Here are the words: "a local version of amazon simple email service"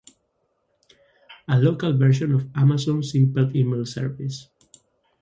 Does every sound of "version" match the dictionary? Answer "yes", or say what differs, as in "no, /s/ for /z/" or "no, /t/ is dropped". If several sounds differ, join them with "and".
no, /ʃ/ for /ʒ/